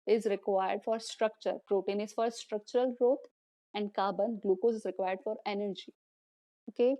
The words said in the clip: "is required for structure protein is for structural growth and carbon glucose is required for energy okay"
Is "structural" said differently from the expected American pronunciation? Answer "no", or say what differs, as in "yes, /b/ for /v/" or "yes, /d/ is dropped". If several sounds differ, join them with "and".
no